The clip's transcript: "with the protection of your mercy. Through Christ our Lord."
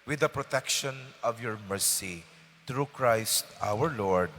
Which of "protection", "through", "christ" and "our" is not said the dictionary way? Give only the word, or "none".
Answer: through